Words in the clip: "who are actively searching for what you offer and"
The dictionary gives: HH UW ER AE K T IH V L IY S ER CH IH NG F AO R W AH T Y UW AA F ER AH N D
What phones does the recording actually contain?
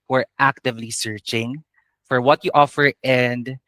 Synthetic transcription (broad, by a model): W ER AE K T IH V L IY S ER CH IH NG F AO R W AH T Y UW AA F ER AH N D